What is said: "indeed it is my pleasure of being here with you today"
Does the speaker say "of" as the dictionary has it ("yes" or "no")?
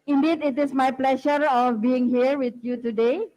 no